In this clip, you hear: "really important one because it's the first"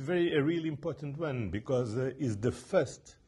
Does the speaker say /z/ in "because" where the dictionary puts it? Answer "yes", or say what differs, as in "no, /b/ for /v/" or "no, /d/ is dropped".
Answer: yes